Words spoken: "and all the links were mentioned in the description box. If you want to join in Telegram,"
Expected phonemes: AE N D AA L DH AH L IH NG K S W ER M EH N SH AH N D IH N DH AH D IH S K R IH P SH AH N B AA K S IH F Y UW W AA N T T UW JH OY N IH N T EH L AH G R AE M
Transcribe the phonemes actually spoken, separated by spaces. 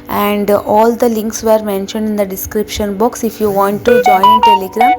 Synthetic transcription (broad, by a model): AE N D AA L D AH L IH NG K S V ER M EH N SH AH N D IH N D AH D IH S K R IH P SH AH N B AA K S IH F Y UW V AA N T T UW JH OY IH N T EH L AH G R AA M